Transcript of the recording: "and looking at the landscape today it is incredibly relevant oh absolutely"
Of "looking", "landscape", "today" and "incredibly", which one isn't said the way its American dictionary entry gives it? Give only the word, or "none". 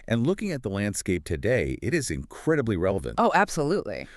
none